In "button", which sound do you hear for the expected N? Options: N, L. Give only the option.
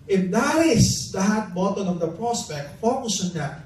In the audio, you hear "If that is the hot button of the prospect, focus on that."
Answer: L